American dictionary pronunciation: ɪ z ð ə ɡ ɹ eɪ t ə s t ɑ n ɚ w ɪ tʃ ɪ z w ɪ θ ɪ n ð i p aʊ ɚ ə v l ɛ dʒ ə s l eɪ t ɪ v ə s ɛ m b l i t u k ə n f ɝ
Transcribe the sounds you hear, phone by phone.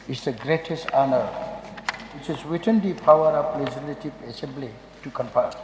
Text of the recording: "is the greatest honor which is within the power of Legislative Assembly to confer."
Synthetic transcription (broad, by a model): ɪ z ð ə ɡ ɹ eɪ t ə s t ɑ n ɚ w ɪ tʃ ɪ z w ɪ t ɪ n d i p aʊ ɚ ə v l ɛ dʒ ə l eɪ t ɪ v ə s ɛ m b l i t u k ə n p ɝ